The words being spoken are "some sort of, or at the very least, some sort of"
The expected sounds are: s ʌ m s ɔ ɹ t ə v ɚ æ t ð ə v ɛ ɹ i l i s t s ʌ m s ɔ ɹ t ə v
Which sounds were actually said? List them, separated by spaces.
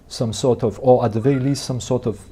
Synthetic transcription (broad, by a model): s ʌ m s ɔ ɹ t ə v ɚ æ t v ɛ i l i s t s ʌ m s ɔ ɹ t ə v